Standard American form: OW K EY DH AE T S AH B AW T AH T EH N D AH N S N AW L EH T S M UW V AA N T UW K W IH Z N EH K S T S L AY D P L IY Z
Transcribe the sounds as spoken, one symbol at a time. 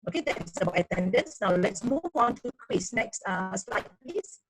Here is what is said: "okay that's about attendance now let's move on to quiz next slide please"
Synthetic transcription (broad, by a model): OW K EY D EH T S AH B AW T AH T EH N D AH N S N AW L EH T S M UW V AA N T UW K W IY S N EH K S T S L AY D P L IY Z